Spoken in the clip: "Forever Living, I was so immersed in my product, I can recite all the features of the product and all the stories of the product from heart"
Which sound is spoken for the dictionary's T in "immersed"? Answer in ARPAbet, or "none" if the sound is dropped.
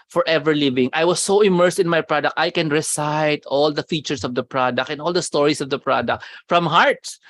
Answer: T